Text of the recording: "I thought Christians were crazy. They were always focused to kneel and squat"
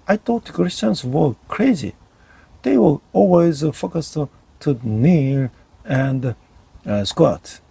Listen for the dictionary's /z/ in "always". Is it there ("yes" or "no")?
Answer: yes